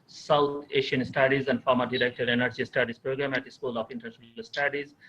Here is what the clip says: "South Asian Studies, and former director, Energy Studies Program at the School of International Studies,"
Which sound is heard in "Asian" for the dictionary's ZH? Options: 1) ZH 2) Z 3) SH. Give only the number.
3